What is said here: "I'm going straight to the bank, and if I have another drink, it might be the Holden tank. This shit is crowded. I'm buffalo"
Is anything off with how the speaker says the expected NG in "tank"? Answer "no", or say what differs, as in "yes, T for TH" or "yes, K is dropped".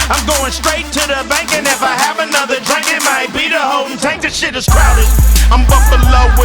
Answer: yes, NG is dropped